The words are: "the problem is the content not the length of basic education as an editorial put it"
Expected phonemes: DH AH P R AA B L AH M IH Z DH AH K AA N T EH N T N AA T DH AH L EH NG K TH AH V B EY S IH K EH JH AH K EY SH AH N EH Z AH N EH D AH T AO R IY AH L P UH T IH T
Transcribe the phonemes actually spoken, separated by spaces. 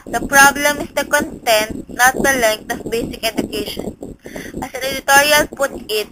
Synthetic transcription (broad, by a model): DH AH P R AA B L AH M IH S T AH K AA N T EH N T N AA T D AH L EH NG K T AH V B EY S IH K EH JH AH K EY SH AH N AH S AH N EH D AH T AO R IY AH L P UH T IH T